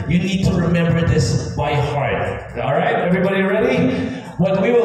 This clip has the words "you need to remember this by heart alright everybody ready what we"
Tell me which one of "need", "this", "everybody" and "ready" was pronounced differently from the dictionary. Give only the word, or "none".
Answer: none